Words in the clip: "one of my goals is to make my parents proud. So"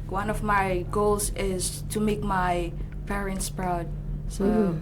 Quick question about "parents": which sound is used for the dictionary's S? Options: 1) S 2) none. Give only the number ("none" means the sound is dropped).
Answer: 1